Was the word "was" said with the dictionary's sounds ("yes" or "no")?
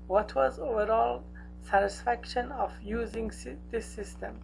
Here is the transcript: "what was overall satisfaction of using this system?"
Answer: yes